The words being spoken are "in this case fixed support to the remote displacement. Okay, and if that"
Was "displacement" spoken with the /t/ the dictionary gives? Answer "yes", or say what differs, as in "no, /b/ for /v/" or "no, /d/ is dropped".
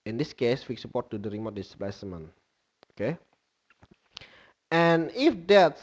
no, /t/ is dropped